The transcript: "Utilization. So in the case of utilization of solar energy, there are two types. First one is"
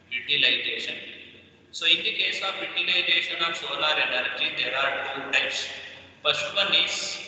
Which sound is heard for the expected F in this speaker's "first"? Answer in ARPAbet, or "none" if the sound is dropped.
P